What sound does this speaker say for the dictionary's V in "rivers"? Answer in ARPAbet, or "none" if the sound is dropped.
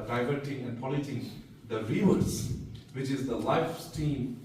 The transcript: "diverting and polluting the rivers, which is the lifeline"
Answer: none